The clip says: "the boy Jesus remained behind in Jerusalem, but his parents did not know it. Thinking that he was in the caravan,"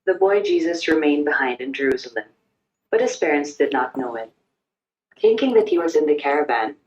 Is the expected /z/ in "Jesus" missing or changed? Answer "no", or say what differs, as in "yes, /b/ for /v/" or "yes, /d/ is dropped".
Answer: no